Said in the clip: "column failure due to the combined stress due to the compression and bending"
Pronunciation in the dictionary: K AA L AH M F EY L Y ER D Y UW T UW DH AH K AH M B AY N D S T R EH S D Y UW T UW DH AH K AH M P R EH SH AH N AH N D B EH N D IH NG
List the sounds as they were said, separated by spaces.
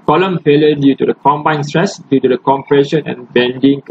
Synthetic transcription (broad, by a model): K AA L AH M F EY L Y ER D Y UW T UW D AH K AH M B AY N S T R EH S D Y UW T UW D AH K AH M P R EH SH AH N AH N B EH N D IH NG